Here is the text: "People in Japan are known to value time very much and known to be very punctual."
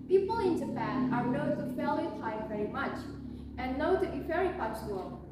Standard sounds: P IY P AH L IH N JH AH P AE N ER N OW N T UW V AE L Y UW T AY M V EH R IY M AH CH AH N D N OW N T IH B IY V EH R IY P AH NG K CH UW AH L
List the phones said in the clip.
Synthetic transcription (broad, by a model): P IY P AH L IH N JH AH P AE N ER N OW T UW F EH L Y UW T AY V EH R IY M AH CH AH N N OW T IH B IY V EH R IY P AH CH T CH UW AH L